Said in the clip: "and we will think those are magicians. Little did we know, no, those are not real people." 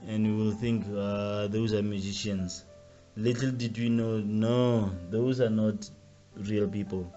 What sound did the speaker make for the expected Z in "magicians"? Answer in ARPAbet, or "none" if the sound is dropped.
S